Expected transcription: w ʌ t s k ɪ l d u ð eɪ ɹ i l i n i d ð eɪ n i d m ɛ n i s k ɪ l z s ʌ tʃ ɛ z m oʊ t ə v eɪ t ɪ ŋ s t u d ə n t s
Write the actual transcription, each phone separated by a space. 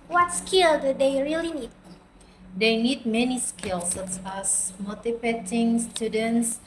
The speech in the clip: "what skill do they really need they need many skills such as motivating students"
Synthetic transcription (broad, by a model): w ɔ t s k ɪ l d u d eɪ ɹ i l i n i d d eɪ n i d m ɛ n i s k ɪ l s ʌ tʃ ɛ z m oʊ t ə p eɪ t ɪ ŋ s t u d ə n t s